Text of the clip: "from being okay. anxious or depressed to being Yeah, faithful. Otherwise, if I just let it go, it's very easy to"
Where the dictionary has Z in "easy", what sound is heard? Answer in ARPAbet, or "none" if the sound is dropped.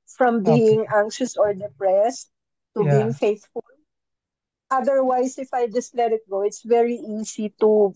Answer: S